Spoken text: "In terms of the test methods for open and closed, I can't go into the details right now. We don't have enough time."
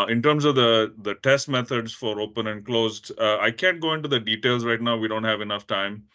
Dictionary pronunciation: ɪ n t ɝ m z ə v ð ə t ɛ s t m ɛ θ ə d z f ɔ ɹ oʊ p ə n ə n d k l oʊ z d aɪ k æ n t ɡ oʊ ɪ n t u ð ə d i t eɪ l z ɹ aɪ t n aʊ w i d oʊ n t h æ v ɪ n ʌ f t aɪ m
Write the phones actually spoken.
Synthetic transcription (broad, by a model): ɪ n t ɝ m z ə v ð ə t ɛ s t m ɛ t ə d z f ɔ ɹ oʊ p ə n ə n d k l oʊ z d aɪ k æ n t ɡ oʊ ɪ n t u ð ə d i t eɪ l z ɹ aɪ t n aʊ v i d oʊ n t h æ v ɪ n ʌ f t aɪ m